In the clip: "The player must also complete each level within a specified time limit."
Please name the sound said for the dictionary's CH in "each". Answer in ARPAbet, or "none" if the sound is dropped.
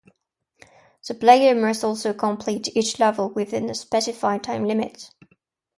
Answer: CH